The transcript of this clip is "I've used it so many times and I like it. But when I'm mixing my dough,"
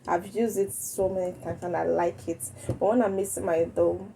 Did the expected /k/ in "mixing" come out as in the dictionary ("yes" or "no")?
no